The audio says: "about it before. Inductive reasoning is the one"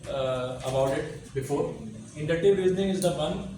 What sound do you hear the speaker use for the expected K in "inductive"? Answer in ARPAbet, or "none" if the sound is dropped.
none